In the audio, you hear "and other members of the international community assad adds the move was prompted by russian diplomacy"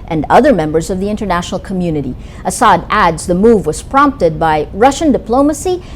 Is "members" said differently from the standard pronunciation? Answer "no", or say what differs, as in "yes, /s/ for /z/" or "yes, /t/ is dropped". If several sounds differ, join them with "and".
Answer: no